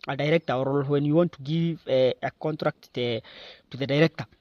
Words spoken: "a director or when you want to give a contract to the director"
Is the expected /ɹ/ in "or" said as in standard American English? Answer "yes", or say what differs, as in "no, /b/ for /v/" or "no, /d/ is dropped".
no, /l/ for /ɹ/